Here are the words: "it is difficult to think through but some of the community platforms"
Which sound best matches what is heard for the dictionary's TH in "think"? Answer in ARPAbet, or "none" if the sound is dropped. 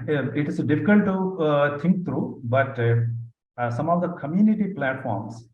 T